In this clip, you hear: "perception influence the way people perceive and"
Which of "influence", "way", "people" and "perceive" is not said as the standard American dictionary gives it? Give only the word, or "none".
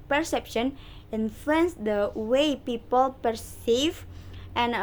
influence